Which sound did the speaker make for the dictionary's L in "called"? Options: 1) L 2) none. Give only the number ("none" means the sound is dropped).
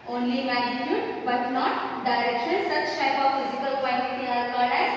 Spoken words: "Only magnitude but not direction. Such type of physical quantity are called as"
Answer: 2